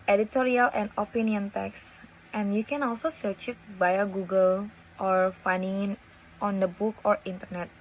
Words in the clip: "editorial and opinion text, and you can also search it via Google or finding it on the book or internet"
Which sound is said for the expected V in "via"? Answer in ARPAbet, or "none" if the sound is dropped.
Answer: B